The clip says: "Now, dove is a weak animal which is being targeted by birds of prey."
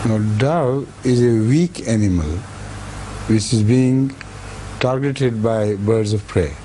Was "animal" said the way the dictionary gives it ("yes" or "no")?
yes